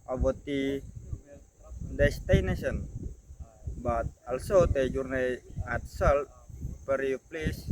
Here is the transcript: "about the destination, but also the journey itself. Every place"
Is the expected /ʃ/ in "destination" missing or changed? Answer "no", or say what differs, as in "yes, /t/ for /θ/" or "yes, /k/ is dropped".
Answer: yes, /s/ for /ʃ/